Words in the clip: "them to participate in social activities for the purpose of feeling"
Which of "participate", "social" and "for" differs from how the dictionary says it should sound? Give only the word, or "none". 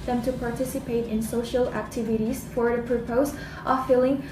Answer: none